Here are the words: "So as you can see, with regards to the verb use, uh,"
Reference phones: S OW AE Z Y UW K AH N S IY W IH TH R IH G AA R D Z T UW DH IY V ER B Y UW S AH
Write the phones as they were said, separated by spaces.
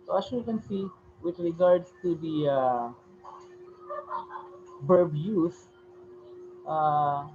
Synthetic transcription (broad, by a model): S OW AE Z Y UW K AH N S IY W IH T R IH G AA R D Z T UW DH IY B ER B Y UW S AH